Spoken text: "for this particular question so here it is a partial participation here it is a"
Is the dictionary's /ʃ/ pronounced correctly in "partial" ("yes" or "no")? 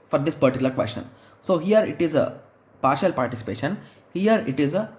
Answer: yes